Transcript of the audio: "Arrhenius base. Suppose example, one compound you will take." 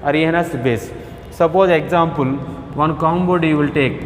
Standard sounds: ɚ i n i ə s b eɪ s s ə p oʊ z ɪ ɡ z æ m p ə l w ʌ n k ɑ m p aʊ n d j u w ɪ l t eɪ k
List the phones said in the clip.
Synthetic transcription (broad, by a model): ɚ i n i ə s b eɪ s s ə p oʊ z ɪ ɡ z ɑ m p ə l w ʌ n k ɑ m b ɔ d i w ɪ l t eɪ k